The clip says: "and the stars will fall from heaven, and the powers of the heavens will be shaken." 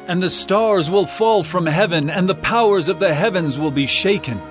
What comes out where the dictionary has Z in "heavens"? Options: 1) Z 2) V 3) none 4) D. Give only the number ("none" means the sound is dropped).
1